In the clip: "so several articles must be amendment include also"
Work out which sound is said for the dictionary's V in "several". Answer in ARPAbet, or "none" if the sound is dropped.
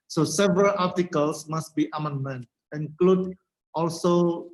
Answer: V